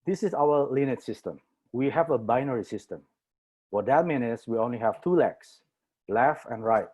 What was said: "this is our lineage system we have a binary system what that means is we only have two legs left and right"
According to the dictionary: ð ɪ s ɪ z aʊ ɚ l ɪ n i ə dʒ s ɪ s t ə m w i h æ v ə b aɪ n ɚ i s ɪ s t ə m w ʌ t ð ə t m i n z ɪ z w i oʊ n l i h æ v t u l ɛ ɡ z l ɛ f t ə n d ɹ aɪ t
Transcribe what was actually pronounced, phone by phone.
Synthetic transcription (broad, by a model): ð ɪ s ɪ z aʊ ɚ l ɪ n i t s ɪ s t ə m w i h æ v ə b aɪ n ɚ i s ɪ s t ə m w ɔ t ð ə t m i n ɪ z w i oʊ n l i h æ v t u l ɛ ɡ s l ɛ f ə n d ɹ aɪ t